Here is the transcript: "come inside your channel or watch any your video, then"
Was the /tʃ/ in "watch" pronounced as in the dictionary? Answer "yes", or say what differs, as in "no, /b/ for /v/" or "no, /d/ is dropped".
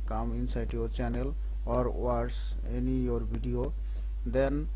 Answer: no, /s/ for /tʃ/